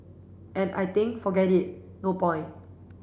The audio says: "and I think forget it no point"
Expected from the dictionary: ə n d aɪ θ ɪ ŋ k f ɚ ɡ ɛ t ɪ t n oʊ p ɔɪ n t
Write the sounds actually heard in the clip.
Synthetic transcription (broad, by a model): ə n aɪ t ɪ ŋ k f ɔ ɡ ɛ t ɪ t n oʊ p ɔɪ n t